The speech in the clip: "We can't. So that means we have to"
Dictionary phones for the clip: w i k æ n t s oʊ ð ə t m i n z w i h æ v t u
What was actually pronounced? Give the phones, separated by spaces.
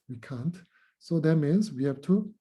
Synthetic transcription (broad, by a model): w i k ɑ n t s oʊ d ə t m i n s w i h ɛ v t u